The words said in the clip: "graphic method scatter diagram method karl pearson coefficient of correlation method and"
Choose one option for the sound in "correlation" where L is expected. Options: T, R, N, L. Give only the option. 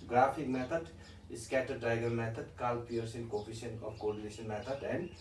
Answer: N